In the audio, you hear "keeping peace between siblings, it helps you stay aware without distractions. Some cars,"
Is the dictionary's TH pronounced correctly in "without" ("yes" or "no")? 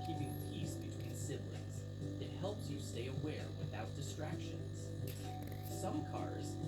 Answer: yes